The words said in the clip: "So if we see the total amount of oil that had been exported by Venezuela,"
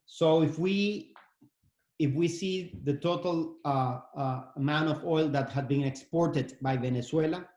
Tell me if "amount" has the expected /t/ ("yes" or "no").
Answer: no